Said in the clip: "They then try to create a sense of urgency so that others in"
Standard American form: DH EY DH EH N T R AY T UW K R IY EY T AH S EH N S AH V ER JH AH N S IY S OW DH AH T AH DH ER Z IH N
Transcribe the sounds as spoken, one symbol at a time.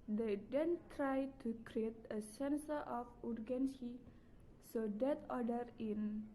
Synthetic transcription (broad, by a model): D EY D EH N T R AY T UW K R IY EY T AH S EH N S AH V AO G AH N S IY S OW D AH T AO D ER IH N